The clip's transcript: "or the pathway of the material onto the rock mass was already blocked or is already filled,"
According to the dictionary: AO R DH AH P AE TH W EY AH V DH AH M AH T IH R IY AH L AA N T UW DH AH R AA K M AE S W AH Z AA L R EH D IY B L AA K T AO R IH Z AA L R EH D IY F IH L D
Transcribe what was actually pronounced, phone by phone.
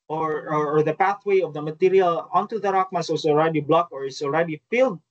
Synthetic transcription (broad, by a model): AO R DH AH P AE TH W EY AH V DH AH M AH T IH R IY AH L AA N T UW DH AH R AA K M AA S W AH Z AA L R EH D IY B L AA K AO R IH S AA L R EH D IY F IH L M